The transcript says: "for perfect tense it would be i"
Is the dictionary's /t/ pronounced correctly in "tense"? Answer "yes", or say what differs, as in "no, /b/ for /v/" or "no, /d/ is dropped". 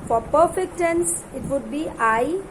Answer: yes